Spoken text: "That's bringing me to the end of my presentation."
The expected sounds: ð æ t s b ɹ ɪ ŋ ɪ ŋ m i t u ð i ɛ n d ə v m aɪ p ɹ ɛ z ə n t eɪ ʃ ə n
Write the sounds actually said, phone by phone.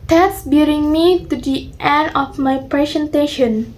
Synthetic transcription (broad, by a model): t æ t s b ɪ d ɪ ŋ m i t u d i ɛ n d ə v m aɪ p ɹ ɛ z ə n t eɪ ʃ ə n